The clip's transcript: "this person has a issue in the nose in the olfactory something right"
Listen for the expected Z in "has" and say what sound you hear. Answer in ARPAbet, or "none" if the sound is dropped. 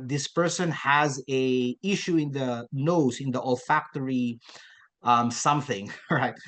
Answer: Z